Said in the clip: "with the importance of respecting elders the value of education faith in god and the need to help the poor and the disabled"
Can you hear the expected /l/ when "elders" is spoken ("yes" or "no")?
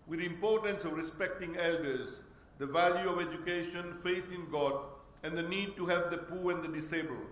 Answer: yes